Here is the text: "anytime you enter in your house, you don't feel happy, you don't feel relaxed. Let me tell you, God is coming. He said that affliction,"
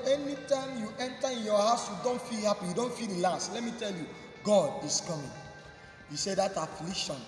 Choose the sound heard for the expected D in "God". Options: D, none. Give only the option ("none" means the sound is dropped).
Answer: D